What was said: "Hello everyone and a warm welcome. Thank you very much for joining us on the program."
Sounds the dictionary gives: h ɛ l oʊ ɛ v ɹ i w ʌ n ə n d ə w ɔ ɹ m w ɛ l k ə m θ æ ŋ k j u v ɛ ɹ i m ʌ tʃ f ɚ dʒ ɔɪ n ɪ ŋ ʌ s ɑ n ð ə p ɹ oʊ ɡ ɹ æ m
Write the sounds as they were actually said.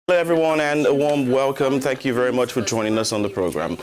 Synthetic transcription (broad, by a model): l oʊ ɛ v ɹ i w ʌ n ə n ə w ɔ ɹ m w ɛ l k ə m θ æ ŋ k j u v ɛ ɹ i m ʌ tʃ f ɚ dʒ ɔɪ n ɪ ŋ ʌ s n ð ə p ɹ oʊ ɡ ɹ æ m